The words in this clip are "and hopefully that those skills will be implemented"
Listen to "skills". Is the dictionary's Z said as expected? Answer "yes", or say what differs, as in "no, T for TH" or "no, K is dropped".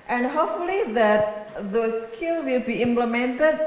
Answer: no, Z is dropped